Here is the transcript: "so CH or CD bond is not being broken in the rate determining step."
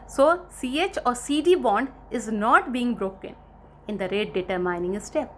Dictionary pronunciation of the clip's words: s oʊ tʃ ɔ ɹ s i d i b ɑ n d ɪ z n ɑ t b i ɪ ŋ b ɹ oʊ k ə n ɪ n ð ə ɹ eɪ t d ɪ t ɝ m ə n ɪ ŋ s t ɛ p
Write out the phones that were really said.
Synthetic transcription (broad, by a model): s oʊ tʃ ɔ ɹ s i d i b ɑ n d ɪ z n ɑ t b i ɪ ŋ b ɹ oʊ k ə n ɪ n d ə ɹ eɪ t d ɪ t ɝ m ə n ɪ ŋ s t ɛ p